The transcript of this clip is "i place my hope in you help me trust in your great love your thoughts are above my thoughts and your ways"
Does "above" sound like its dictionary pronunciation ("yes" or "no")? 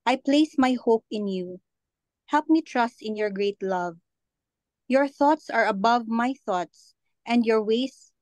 yes